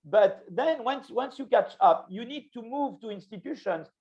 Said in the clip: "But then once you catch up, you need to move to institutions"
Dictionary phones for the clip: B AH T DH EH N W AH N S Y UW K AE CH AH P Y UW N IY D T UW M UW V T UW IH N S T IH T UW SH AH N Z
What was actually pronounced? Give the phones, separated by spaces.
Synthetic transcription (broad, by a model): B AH T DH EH N W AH N S Y UW K AE CH AH P Y UW N IY D T UW M UW V T UW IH N S T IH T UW SH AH N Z